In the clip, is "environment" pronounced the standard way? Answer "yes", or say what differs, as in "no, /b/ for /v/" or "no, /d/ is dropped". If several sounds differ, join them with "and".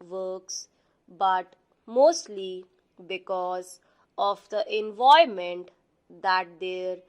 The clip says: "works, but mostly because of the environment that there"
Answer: no, /ɹ/ is dropped and /n/ is dropped